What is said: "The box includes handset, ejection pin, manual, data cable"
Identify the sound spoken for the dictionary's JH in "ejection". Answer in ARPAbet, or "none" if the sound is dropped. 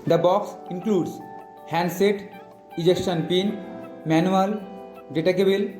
JH